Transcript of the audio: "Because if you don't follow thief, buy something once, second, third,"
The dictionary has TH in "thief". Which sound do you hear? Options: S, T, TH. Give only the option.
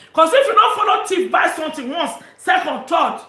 T